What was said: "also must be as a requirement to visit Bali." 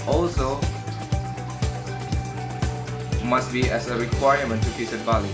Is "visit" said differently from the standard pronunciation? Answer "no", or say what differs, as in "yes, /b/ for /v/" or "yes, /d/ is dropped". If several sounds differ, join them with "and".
yes, /f/ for /v/